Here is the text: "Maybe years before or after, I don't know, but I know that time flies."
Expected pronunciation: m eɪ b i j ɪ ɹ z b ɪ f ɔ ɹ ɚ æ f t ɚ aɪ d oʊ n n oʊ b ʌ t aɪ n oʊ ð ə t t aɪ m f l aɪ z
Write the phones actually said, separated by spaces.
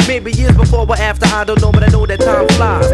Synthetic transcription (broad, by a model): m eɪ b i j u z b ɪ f ɔ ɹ ɚ æ f t ɚ aɪ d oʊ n n oʊ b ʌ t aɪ n oʊ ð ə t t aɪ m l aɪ